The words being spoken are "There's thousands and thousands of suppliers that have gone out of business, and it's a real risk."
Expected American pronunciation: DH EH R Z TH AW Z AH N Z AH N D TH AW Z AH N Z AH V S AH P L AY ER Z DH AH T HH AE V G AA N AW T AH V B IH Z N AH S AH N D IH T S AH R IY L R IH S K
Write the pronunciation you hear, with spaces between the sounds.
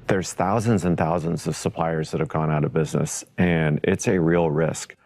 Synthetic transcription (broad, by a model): DH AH R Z TH AW Z AH N Z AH N TH AW Z AH N Z AH V S AH P L AY ER Z DH AH T HH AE V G AA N AW T AH V B IH Z N AH S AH N IH T S AH R IY L R IH S K